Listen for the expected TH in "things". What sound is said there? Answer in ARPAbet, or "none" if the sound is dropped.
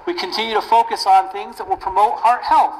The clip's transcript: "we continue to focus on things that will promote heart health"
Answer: TH